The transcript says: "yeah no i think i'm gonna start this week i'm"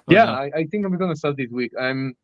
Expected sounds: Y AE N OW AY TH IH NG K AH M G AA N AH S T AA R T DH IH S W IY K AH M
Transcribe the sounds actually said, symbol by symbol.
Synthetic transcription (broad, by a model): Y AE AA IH AY TH IH NG K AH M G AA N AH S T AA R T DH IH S W IY K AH M